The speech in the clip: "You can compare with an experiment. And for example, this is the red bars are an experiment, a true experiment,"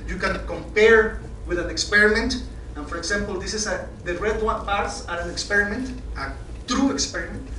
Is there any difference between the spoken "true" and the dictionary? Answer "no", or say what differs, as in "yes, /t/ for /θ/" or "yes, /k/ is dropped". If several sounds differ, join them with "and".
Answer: no